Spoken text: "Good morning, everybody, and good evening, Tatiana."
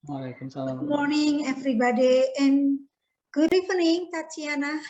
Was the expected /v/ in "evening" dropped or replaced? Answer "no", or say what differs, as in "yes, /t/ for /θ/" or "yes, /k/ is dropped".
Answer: yes, /f/ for /v/